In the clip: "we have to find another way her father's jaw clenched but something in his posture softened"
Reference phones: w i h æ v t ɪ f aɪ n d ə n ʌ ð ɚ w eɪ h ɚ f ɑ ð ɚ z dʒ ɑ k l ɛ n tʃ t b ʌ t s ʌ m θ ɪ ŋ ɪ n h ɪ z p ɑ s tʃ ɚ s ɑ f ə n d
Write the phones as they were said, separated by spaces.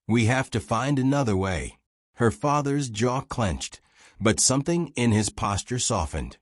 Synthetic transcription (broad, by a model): w i h æ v t ɪ f aɪ n d ə n ʌ ð ɚ w eɪ h ɚ f ɑ ð ɚ z dʒ ɑ k l ɛ n tʃ t b ʌ t s ʌ m θ ɪ ŋ ɪ n ɪ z p ɑ s tʃ ɚ s ɑ f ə n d